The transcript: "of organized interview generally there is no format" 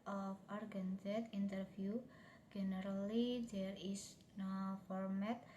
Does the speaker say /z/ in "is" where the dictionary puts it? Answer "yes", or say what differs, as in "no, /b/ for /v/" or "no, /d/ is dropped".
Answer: no, /s/ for /z/